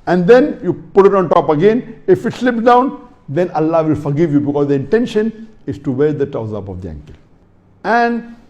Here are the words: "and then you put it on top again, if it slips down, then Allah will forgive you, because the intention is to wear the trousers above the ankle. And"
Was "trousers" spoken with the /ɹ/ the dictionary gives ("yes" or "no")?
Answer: no